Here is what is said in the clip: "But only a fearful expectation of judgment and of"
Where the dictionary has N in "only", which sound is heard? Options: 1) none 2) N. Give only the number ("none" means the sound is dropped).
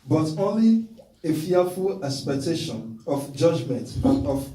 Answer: 2